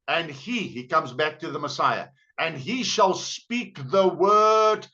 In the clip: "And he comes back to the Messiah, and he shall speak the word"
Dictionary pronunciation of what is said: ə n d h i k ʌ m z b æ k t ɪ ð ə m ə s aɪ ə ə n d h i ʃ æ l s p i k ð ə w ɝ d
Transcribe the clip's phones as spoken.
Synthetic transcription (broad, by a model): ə n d h i k ʌ m z b æ k t ɪ ð ə m ə s aɪ ə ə n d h i ʃ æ l s p i k ð ə w ɝ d